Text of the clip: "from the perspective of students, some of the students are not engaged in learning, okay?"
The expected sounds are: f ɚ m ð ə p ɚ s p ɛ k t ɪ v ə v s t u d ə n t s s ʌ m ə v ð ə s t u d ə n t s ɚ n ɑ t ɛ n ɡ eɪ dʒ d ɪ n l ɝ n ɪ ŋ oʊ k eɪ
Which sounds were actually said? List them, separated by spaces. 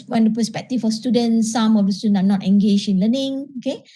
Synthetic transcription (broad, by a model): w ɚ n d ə p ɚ s p ɛ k t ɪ f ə s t u d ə n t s s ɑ m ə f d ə s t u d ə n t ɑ n ɑ t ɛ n ɡ eɪ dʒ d ɪ n l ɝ n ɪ ŋ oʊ k eɪ